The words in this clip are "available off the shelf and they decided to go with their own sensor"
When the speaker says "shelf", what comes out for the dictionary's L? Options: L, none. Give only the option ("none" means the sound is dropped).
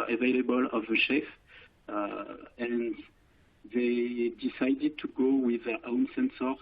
none